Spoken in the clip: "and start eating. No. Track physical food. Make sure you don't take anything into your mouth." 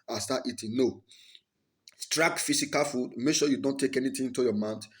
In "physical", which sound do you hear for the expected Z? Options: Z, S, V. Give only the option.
S